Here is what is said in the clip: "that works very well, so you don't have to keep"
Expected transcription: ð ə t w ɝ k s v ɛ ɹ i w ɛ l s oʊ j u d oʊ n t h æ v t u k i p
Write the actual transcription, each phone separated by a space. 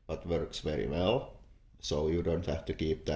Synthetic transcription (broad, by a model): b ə t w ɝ k s v ɛ ɹ i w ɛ l s oʊ j u d oʊ n t h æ f t u k i p